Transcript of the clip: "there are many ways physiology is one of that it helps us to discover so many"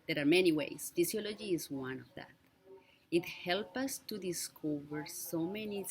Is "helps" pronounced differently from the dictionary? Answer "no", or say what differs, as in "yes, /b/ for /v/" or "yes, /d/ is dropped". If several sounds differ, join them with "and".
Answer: yes, /s/ is dropped